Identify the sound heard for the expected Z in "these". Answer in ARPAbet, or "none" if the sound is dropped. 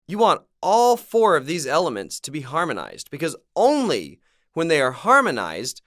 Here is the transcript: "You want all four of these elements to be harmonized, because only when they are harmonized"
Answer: Z